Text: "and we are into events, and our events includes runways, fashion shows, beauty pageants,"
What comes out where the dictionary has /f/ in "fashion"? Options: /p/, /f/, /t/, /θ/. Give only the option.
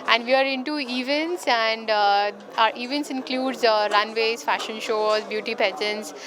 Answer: /f/